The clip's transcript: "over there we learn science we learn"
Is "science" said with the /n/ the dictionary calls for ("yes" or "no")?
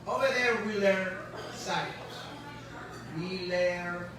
no